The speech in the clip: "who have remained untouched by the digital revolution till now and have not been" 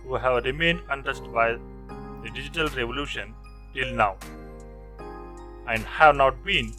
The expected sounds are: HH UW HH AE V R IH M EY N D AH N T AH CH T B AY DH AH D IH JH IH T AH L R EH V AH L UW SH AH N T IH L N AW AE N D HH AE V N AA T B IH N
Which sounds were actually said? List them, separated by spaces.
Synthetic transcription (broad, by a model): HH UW HH AE V R IH M EY N D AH N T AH S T B AY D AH D IH JH IH T AH L R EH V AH L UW SH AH N T IH L N AW AE N D HH AE V N AA T B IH N